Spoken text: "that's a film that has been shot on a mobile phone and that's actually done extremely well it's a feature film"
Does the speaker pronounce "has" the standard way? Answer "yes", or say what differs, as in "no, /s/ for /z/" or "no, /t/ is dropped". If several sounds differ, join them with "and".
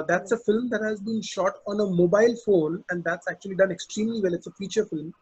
yes